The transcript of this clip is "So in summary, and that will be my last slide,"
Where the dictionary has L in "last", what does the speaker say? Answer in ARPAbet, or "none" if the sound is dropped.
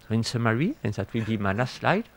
N